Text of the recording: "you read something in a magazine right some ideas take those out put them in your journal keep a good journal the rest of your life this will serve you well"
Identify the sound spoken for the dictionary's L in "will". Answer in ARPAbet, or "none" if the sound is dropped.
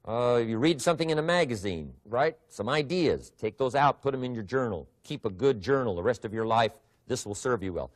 L